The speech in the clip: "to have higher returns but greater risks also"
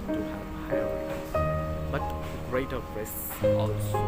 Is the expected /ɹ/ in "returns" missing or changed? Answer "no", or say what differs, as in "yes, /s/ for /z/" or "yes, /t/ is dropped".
yes, /l/ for /ɹ/